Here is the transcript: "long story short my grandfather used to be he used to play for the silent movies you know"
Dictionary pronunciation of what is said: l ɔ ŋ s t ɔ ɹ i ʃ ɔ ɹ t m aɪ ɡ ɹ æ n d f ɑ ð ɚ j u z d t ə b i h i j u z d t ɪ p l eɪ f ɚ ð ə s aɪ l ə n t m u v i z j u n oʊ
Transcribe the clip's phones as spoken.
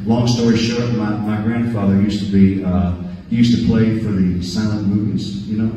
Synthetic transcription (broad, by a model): l ɔ ŋ s t ɔ ɹ i ʃ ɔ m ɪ m aɪ ɡ ɹ æ n d f ɑ ð ɚ j u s t ə b i h i j u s t ɪ p l eɪ f ɚ ð ə s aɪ ə n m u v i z j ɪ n oʊ